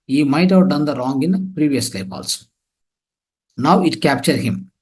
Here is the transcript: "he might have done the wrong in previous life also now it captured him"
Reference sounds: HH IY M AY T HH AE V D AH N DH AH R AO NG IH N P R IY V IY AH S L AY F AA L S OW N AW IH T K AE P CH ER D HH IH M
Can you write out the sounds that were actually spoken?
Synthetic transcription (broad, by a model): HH IY M AY T HH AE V D AH N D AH R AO NG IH N P R IY V IY AH S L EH P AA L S N AW IH T K AE P CH ER D HH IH M